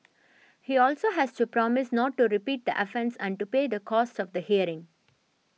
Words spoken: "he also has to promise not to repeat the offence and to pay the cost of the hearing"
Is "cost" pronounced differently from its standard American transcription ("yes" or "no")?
no